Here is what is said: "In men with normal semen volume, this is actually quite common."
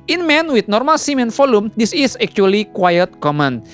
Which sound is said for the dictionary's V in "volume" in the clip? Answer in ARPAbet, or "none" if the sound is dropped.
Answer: F